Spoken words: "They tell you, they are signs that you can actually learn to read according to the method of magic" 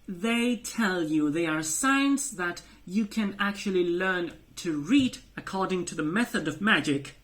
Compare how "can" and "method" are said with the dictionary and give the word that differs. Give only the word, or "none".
none